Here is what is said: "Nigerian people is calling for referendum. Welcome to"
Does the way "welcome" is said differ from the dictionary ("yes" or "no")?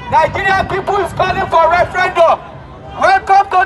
yes